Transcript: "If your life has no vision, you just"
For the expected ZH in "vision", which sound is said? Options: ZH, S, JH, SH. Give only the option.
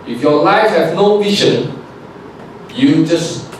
SH